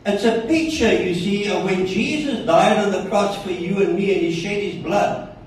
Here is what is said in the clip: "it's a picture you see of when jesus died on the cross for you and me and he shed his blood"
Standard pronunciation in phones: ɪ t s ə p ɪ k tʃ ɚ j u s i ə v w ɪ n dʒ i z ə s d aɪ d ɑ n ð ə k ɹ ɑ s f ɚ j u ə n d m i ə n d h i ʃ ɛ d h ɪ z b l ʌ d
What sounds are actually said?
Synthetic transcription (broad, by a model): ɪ t s ə p ɪ k tʃ ɚ j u s i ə w ɪ n dʒ i z ə s d aɪ d n ð ə k ɹ ɑ s f ɚ j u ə n m i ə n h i ʃ ɛ d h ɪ z b l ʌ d